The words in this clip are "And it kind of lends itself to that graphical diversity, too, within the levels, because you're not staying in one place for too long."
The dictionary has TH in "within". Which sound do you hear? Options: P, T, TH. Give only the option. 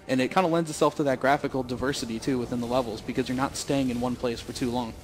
TH